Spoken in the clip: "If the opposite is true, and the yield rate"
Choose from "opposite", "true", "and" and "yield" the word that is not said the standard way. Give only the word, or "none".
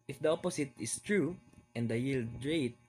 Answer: opposite